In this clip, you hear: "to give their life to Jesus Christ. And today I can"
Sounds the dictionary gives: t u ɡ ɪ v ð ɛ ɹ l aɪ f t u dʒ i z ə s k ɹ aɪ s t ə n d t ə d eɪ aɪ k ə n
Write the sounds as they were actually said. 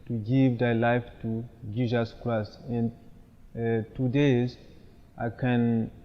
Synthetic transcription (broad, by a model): t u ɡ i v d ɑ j l aɪ f t u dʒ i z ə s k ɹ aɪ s ə n t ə d eɪ aɪ k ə n